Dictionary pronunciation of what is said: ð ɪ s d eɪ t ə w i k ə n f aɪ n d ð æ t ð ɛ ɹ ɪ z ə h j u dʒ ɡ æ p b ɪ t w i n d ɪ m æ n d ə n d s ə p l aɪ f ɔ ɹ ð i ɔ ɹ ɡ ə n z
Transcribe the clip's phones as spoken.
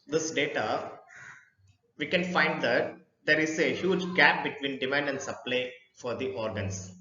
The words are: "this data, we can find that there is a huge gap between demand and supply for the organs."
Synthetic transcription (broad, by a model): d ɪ s d eɪ t ə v i k ə n f aɪ n d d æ t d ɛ ɹ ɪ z ə h j u dʒ ɡ æ p b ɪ t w i n d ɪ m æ n d ə n d s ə p l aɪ f ɔ ɹ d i ɔ ɹ ɡ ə n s